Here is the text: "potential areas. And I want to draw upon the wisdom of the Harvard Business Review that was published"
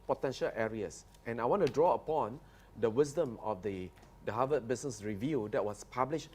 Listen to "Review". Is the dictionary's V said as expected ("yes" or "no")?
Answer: yes